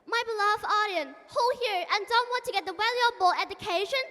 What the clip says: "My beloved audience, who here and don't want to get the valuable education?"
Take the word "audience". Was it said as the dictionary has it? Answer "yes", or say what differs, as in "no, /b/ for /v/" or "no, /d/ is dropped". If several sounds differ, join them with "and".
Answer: no, /s/ is dropped